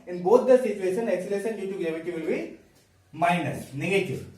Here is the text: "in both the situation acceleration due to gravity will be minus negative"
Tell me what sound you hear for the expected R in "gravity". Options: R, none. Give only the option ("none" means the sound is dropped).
none